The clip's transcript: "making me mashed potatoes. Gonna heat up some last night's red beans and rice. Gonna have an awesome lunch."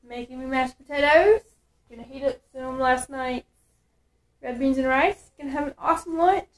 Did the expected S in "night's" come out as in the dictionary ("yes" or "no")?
no